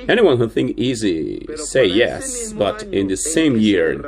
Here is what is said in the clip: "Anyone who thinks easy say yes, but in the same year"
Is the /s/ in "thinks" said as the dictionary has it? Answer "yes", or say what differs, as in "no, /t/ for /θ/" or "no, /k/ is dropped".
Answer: no, /s/ is dropped